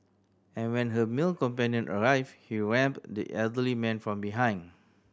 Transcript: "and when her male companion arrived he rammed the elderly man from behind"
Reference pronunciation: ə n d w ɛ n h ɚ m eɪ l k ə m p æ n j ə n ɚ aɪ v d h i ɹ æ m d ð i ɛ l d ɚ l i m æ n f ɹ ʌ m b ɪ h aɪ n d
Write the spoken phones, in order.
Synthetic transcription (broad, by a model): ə n w ɛ n h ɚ m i l k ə m p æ n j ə n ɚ aɪ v h i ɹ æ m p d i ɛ l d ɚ l i m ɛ n f ɹ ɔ m b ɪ h aɪ n